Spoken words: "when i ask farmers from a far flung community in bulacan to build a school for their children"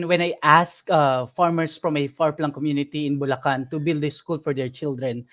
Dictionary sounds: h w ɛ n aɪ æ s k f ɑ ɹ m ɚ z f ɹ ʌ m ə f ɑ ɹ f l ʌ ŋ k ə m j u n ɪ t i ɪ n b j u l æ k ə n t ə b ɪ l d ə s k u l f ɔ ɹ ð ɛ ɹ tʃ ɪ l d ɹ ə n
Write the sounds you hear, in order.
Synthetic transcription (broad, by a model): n w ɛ n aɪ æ s k f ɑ ɹ m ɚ s f ɹ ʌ m ə f ɑ ɹ p l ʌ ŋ k ə m j u n ɪ t i ɪ n b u l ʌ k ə n t ə b ɪ l d ə s k u l f ɔ ɹ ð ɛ ɹ tʃ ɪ l d ɹ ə n